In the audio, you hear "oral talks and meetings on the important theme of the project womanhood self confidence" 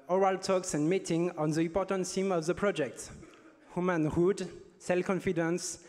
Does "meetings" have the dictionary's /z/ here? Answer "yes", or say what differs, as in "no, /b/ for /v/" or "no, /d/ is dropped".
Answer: no, /z/ is dropped